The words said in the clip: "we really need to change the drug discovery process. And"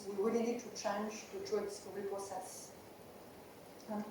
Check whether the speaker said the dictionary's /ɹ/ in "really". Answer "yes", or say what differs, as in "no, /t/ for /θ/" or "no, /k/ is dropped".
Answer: no, /w/ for /ɹ/